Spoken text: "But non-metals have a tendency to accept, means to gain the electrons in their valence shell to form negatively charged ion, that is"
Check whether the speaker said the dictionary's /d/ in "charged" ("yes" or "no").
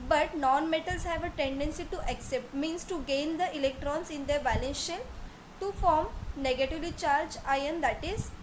no